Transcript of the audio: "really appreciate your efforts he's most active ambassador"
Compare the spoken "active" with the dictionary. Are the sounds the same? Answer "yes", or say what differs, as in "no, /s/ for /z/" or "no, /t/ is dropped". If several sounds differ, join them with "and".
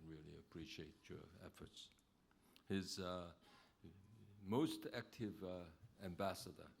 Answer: yes